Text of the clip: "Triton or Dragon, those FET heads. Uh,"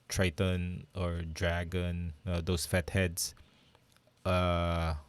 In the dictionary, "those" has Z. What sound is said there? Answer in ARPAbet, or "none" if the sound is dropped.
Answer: S